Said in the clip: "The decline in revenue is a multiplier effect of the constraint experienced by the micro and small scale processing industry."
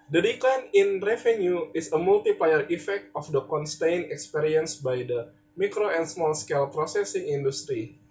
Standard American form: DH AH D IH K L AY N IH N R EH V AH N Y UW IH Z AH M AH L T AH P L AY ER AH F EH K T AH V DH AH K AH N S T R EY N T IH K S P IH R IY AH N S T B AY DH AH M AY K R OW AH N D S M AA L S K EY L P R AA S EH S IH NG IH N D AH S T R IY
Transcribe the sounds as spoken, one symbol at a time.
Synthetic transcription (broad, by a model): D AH D IH K L AY N IH N R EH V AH N Y UW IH S AH M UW L T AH P L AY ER AH F EH K T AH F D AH K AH N S T EY N IH K S P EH R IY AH N S B AY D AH M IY K R OW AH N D S M AA L S K EY L P R AA S EH S IH NG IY N D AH S T R IY